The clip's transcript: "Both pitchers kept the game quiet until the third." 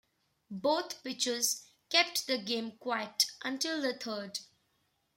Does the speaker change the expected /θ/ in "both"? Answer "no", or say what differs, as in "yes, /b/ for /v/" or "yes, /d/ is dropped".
yes, /t/ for /θ/